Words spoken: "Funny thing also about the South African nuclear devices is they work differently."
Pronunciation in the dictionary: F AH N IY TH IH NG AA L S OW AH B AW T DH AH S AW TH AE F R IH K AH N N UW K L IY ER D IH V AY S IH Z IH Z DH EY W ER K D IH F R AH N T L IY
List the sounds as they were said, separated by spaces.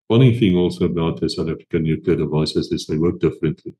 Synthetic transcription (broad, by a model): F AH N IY TH IH NG AA L S OW AH B AW T DH AH S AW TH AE F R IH K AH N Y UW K IY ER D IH V AY S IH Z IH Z DH EY W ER K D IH F R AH N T L IY